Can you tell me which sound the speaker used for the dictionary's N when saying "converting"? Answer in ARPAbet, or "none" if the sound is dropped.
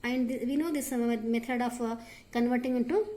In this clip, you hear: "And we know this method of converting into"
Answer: N